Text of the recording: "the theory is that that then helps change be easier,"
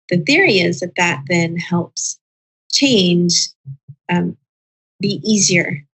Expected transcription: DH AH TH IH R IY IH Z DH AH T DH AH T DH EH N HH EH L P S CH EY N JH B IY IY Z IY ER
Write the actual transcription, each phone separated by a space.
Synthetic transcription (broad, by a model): DH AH TH IH R IY IH Z DH AH T DH AH T DH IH N HH EH L P S CH EY N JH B IY IY Z IY ER